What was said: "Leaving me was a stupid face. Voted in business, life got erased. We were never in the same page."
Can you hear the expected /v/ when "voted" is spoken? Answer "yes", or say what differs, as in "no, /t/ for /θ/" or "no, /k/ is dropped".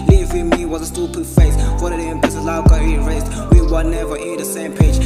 no, /f/ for /v/